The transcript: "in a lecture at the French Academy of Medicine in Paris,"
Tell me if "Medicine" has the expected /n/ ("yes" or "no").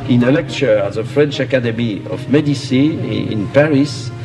no